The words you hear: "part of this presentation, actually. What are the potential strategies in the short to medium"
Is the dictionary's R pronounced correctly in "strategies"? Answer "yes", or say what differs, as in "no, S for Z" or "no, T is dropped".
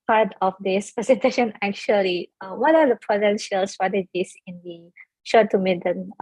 no, R is dropped